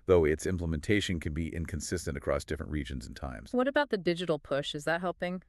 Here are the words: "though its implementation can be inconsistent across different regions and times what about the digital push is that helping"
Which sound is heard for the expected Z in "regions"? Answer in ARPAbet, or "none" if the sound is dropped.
Z